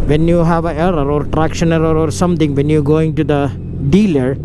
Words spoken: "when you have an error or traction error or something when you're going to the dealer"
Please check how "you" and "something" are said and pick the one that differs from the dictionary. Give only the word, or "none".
something